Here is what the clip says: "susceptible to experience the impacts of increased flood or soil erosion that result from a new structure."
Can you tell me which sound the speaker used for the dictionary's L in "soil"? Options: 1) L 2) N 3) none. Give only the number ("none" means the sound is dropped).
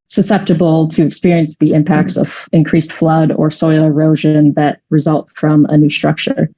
1